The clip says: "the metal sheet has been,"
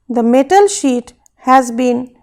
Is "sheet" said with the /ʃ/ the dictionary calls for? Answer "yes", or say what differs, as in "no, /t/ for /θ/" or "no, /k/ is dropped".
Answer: yes